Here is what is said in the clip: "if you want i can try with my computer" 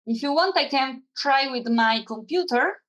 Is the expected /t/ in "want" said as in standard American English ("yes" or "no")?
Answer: yes